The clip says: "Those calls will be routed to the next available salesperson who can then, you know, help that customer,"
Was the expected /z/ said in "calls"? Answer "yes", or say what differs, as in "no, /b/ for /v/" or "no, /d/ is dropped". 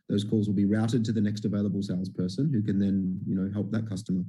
yes